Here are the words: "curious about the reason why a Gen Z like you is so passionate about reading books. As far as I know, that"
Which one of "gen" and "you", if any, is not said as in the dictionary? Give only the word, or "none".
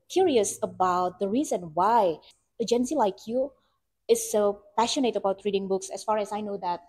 none